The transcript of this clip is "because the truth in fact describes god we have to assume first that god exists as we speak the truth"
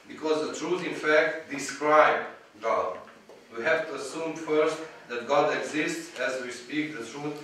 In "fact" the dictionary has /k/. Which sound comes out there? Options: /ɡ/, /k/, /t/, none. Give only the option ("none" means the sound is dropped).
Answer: /k/